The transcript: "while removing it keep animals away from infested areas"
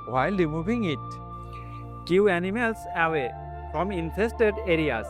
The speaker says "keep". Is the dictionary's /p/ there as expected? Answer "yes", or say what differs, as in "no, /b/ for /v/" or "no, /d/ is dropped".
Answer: no, /p/ is dropped